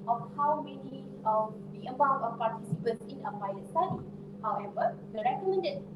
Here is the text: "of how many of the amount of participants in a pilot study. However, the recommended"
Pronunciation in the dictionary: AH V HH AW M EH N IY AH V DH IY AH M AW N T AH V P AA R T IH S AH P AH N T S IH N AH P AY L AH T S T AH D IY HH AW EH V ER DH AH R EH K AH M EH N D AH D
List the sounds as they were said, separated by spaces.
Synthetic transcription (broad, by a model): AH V HH AW M EH N IY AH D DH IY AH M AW T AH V P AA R T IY S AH P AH N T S IH N AH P AY AH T S T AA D IY HH AW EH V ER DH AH R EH K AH M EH N D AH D